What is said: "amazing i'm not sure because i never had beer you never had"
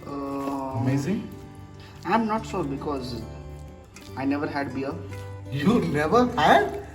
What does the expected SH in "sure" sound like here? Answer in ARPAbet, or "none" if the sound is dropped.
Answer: S